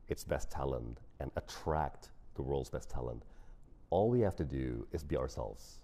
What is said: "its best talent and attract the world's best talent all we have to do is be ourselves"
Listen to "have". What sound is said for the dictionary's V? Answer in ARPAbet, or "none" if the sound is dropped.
F